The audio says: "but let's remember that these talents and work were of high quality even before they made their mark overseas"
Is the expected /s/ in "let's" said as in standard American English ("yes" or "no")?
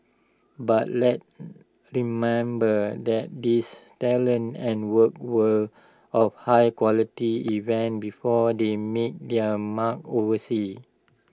no